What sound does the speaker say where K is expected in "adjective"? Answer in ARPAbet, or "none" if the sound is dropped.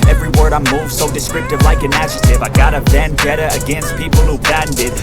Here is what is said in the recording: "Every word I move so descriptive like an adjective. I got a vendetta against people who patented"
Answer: none